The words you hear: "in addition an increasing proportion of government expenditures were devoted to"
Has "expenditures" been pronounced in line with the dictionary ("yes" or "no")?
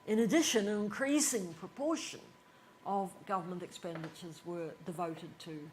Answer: yes